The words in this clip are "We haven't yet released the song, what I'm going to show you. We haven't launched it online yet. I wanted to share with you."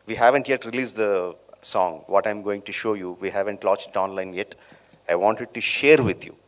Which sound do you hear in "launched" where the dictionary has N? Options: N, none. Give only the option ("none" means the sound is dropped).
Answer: none